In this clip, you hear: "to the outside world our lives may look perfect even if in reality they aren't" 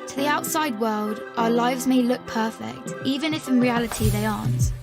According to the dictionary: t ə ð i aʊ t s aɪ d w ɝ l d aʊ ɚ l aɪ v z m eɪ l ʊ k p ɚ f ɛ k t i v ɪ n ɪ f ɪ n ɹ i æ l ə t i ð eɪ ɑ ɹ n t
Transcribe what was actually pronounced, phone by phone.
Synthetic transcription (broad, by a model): t ə ð i aʊ t s aɪ d w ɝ l d aʊ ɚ l aɪ v z m eɪ l ʊ k p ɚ f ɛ k t i v ɪ n ɪ f ɪ n ɹ i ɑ l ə t i ð eɪ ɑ n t